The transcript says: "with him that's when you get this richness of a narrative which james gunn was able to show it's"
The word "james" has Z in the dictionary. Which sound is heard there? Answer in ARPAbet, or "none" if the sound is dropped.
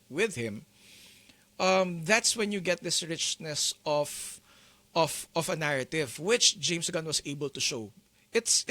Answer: S